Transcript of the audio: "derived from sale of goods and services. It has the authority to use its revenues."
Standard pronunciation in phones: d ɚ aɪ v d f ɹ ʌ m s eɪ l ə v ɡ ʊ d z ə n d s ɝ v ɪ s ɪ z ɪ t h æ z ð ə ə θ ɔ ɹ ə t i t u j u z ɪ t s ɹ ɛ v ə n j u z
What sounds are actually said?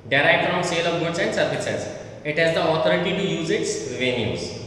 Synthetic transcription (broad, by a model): d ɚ aɪ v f ɹ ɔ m s eɪ l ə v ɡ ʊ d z ə n d s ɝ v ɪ s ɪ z ɪ t h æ z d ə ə t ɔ ɹ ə t i t u j u z ɪ t s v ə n j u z